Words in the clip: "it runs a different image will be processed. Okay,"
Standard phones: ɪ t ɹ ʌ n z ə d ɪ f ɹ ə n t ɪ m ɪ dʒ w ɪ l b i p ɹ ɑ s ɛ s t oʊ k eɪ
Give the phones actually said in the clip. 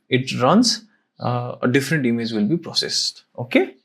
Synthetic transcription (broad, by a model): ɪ t ɹ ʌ n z ə d ɪ f ɹ ə n t ɪ m ɪ dʒ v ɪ l b i p ɹ ɑ s ɛ s t oʊ k eɪ